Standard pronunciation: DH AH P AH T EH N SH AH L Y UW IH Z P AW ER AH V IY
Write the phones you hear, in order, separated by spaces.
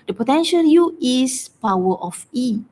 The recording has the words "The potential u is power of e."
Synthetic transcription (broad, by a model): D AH P AH T EH N SH AH L Y UW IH S P AW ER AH F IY